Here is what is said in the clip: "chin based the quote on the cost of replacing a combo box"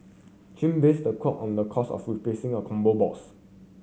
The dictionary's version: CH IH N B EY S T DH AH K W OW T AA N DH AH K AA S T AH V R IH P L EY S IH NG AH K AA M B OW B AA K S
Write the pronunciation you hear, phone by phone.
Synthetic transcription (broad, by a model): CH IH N B EY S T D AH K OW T AA N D AH K AA S AH F R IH P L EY S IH NG AH K AA M B OW B AA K S